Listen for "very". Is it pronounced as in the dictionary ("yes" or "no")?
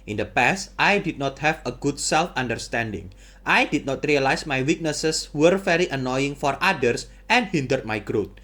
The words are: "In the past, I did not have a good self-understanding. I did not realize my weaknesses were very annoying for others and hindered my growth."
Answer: no